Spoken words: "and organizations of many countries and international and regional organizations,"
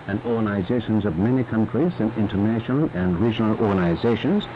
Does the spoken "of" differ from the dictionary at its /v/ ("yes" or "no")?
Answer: no